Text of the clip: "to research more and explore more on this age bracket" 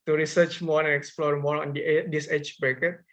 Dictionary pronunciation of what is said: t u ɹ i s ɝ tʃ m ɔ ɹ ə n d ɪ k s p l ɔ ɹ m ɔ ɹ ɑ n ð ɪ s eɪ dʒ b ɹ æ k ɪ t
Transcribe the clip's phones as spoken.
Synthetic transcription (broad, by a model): t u ɹ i s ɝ tʃ m ɔ ɹ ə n ɪ k s p l ɔ ɹ m ɔ ɹ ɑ n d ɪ s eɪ tʃ b ɹ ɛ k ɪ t